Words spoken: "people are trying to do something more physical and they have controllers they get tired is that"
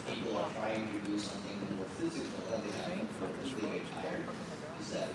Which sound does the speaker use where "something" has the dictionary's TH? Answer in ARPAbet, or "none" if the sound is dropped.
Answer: TH